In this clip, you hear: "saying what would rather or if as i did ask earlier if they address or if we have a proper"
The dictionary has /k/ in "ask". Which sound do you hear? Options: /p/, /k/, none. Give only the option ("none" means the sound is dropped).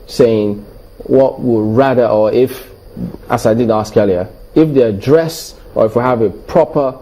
/k/